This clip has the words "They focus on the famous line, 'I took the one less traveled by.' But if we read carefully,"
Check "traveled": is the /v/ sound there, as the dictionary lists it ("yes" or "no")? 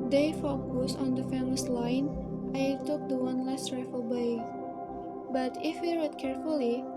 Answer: no